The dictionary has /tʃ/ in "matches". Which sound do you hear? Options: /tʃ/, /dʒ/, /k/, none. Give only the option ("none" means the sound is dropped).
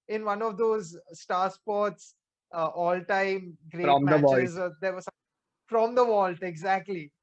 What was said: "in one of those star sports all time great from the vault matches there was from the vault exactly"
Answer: none